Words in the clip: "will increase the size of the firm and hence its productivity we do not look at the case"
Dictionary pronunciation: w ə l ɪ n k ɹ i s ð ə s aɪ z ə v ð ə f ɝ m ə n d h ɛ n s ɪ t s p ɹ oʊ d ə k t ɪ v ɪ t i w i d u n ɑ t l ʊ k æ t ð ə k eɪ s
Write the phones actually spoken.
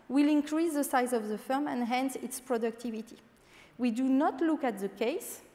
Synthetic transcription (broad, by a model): w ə l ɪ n k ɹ i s ð ə s aɪ z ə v ð ə f ɝ m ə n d h ɛ n s ɪ t s p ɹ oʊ d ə k t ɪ v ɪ t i w i d u n ɑ t l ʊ k æ t ð ə k eɪ s